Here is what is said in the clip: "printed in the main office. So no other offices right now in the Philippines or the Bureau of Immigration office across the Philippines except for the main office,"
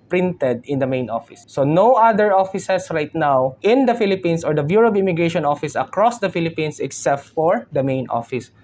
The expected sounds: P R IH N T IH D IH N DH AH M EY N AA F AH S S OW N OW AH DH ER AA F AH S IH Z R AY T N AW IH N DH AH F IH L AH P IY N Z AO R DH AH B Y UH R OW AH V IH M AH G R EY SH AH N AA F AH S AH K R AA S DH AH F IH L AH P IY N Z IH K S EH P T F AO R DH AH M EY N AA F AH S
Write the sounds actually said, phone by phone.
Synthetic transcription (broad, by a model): P R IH N T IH D IH N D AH M EY N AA F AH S S OW N OW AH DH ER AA F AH S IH S R AY T N AW IH N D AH F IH L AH P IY N S AO R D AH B Y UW R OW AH B IH M AH G R EY SH AH N AA F AH S AH K R AA S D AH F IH L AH P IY N S IH K S EH P T F AO R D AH M EY N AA F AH S